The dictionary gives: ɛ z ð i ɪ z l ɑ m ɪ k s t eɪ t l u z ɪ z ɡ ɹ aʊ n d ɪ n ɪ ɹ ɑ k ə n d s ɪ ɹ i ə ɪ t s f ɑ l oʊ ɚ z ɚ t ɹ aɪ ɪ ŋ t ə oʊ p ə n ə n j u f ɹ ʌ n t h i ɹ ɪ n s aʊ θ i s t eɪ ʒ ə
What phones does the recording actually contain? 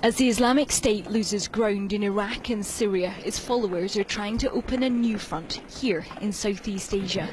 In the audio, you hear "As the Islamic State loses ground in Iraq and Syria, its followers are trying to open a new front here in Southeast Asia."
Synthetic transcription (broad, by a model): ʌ z ð i ɪ z l ɑ m ɪ k s t eɪ t l u z ɪ z ɡ ɹ aʊ n d ɪ n ɪ ɹ ɑ k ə n s ɪ ɹ i ə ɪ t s f ɑ l oʊ ɚ z ɚ t ɹ aɪ ɪ ŋ t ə oʊ p ə n ə n j u f ɹ ʌ n t h i ɹ ɪ n s aʊ θ i s t eɪ ʒ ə